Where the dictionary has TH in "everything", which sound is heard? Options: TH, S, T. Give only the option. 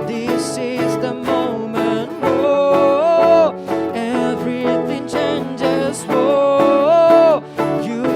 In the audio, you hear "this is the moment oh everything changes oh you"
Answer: TH